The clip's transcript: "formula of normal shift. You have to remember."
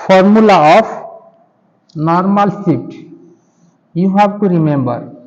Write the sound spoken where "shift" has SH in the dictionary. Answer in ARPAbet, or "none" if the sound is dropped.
S